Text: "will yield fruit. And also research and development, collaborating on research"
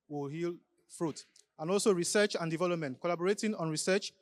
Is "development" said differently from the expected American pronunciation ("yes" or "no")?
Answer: no